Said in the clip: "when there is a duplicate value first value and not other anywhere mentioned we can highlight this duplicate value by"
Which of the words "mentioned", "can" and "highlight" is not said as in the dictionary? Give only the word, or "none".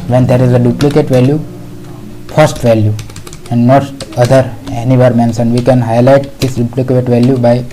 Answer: mentioned